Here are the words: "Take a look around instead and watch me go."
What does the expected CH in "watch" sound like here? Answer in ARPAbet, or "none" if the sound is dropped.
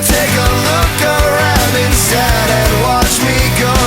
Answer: CH